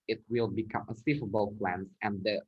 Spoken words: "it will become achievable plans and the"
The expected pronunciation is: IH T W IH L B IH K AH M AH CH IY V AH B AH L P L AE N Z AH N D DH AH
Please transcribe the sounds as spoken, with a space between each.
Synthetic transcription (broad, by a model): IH T W IH L B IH K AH M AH S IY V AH B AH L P L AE N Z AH N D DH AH